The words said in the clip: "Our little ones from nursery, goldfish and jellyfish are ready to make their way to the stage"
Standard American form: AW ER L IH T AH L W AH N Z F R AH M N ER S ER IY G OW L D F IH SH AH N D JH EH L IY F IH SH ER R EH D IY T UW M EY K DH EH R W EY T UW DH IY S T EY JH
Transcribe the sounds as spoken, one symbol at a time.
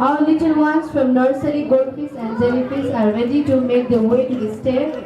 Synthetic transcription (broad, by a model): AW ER L IH T AH L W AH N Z F R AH M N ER S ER IY G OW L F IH S AH N D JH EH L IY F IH S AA R EH D IY T UW M EY K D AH W EY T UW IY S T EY